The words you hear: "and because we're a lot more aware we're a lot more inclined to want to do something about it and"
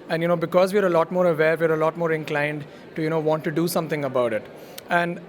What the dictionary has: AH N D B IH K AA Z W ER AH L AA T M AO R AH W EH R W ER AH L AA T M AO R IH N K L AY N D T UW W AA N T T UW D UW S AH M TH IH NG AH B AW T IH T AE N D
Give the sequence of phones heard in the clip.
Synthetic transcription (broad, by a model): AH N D B IH K AA Z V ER AH L AA T M AO R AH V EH R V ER AH L AA T M AO R IH N K L AY N D T UW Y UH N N T UW D UW S AH M T IH NG AH B AW T IH T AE N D